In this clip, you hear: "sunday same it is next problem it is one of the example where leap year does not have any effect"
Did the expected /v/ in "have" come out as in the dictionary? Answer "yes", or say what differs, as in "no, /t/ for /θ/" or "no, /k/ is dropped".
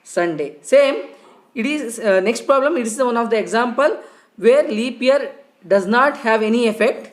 yes